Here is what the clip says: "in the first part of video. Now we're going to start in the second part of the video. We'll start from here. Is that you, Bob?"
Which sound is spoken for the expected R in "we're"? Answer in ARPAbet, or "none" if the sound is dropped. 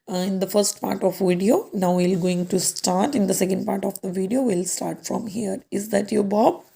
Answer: L